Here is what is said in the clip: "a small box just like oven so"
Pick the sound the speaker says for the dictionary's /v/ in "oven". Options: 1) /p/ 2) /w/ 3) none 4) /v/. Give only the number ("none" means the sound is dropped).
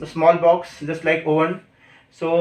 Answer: 3